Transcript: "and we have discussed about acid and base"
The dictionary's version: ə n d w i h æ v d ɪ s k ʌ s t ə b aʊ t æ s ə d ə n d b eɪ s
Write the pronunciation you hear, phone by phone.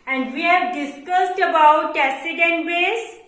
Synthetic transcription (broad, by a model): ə n d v i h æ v d ɪ s k ʌ s t ə b aʊ t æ s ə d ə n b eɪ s